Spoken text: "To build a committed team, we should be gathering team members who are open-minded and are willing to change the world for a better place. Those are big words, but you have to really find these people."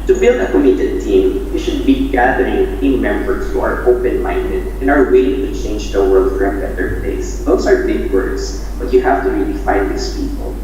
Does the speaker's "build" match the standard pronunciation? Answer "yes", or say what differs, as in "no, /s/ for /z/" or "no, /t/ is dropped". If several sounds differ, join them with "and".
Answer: yes